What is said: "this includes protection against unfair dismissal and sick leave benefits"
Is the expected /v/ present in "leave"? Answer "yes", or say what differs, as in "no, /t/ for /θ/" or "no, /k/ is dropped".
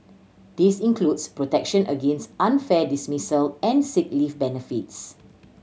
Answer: no, /f/ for /v/